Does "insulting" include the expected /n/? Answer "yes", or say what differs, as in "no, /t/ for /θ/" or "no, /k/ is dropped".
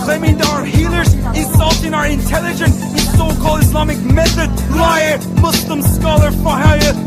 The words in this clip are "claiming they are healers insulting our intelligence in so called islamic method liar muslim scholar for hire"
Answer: no, /n/ is dropped